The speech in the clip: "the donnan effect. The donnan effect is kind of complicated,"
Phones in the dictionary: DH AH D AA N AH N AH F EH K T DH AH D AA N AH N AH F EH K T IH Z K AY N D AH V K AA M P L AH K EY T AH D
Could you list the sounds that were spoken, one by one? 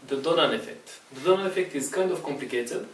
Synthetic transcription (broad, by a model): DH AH D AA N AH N AH F EH K T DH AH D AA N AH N AH F EH K T IH Z K AY N D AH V K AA M P L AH K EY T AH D